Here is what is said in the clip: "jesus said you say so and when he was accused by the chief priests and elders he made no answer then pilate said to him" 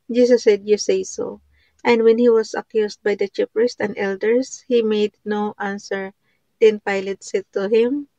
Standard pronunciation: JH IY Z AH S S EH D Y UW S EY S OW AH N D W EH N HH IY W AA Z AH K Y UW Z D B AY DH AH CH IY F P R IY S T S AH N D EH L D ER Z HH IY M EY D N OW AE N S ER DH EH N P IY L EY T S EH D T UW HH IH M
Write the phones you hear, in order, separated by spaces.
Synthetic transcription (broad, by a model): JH IY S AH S S EH D Y UW S EY S OW AH N D W EH N HH IY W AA S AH K Y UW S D B AY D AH CH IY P R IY S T AH N D EH L D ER S HH IY M EY D N OW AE N S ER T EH N P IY L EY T S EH T UW HH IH M